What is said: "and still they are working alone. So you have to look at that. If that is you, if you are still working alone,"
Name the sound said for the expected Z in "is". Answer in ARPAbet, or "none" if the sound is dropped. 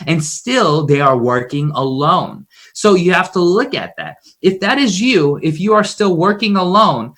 Z